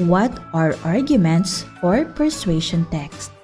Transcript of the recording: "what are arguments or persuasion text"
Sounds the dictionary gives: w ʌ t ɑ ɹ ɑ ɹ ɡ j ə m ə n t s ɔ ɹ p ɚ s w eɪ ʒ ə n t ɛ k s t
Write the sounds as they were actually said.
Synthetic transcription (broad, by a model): w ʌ t ɑ ɹ ɑ ɹ ɡ j ə m ə n t s ɔ ɹ p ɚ s w eɪ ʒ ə n t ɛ k s t